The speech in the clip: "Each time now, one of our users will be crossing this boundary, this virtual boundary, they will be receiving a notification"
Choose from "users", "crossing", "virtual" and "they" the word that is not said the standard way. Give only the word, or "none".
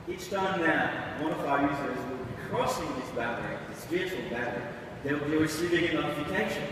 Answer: virtual